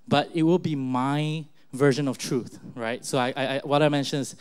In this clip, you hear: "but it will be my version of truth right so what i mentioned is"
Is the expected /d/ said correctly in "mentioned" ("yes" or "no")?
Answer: no